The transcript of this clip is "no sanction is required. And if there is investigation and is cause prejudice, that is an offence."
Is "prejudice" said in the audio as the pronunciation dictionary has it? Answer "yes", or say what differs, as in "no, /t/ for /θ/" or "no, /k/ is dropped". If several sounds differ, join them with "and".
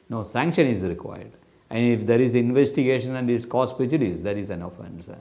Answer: no, /ɹ/ is dropped